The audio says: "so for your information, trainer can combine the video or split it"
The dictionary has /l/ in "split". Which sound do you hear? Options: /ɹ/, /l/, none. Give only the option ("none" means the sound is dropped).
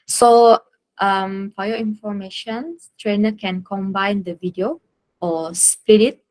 none